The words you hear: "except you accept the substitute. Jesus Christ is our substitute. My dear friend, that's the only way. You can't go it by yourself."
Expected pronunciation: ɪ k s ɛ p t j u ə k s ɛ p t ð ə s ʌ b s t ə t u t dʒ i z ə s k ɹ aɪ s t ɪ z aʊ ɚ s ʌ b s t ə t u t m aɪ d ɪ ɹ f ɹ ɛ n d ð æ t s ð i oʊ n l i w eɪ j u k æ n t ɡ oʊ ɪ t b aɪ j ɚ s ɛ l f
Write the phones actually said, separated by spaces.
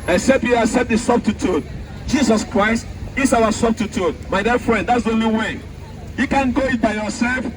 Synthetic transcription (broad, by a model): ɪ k s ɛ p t j u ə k s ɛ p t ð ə s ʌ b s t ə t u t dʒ i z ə s k ɹ aɪ s t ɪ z aʊ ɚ s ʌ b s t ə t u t m aɪ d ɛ f ɹ ɛ n d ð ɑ t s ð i oʊ n l i w eɪ j u k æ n ɡ oʊ ɪ t b aɪ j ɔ s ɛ l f